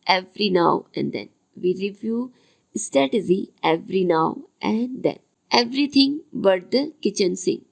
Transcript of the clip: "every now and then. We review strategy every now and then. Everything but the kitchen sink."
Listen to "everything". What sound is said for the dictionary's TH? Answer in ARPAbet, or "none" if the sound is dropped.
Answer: T